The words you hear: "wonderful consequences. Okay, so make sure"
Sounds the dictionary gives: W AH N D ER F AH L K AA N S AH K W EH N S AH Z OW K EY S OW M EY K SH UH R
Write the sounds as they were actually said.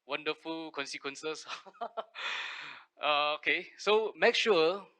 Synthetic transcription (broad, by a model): W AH N D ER F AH L K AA N S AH K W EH N S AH S OW K EY S OW M EY K SH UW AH